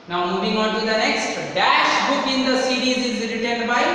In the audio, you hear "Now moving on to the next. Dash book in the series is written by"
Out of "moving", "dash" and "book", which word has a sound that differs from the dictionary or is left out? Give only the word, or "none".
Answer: none